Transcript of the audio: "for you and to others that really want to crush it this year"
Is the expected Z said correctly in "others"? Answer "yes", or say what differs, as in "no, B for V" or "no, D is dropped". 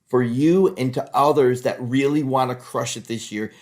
yes